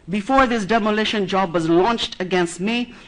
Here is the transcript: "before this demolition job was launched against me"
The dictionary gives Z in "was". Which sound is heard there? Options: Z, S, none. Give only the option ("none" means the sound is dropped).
Z